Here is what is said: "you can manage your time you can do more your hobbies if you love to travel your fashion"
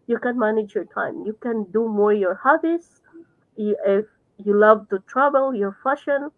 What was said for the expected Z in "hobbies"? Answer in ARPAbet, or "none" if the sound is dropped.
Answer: S